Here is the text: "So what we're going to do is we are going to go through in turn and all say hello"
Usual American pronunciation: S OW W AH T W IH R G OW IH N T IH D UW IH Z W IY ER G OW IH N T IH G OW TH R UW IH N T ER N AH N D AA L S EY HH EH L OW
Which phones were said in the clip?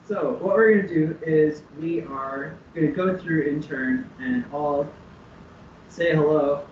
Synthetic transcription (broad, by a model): S OW W AH T W IH R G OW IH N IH D UW IH Z W IY ER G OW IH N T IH G OW TH R UW IH N T ER N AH N AA L S EY HH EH L OW